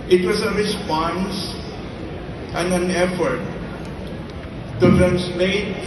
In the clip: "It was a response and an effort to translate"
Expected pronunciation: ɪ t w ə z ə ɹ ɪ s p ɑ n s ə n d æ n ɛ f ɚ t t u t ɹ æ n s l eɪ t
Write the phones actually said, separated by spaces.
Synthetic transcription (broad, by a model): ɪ t w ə s ə ɹ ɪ s p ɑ n s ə n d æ n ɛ f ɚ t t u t ɹ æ n s l eɪ t